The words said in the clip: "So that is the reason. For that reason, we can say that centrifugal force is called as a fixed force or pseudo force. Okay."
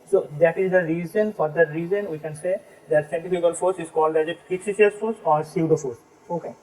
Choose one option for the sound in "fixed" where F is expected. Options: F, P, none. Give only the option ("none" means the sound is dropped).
P